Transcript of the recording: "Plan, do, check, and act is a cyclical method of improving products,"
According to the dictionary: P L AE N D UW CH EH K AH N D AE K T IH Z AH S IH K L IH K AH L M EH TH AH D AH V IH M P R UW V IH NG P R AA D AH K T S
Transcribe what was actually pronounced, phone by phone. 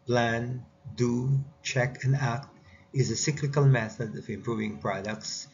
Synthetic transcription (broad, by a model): P L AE N D UW CH EH K AH N D AE K T IH Z AH S IH K L IH K AH L M EH TH AH D AH V IH M P R UW V IH NG P R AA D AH K T S